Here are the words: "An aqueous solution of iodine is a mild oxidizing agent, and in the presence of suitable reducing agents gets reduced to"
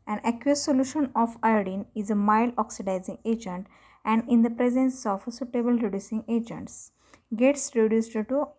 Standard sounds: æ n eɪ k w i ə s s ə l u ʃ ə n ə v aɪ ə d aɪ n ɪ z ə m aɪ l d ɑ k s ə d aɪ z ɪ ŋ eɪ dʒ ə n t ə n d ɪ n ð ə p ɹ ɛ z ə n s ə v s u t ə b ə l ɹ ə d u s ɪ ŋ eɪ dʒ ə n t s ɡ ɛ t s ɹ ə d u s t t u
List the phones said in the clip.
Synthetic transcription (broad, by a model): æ n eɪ k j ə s s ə l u ʃ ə n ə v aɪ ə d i n ɪ z ə m aɪ l ɑ k s ə d aɪ z ɪ ŋ eɪ dʒ ə n t ə n d ɪ n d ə p ɹ ɛ z ə n s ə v s u t ə b ə l ɹ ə d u s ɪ ŋ eɪ dʒ ə n t s ɡ ɛ t s ɹ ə d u s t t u